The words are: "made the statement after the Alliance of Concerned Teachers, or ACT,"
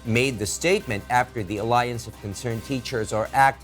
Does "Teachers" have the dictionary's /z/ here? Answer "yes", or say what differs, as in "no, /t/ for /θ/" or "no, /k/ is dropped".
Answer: yes